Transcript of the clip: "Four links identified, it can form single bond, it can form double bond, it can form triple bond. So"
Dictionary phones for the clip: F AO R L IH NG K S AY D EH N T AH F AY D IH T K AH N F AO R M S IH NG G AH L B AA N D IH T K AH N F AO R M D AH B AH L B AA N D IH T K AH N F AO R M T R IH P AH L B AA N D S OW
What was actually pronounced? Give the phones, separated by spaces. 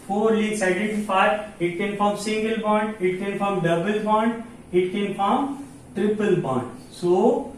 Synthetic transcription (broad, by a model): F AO R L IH K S AY D EH N T AH F AY D IH T K AH N F AO R M S IH NG G AH L B AA N D IH T K AH N F AO R M D AH B AH L B AA N D IH T K AH N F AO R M T R IH P AH L B AA N D S OW